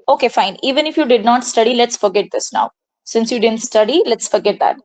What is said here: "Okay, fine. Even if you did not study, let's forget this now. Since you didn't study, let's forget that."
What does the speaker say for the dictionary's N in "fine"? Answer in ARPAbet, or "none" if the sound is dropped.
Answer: N